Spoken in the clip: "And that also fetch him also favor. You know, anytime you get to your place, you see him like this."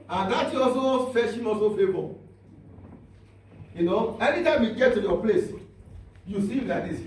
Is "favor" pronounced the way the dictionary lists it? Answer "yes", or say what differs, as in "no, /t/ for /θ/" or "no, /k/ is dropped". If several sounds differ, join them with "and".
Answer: no, /b/ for /v/